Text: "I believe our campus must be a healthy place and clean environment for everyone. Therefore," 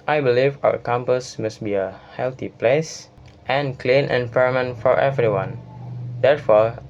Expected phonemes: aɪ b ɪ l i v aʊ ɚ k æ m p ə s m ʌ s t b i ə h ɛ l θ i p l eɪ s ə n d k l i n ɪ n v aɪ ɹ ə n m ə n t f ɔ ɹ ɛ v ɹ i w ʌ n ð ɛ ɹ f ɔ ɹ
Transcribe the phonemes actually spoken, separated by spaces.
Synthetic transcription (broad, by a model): aɪ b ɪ l i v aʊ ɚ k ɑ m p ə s m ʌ s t b i ə h ɛ l t i p l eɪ s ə n k l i n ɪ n p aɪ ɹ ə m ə n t f ɔ ɹ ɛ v ɹ i w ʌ n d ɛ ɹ f ɔ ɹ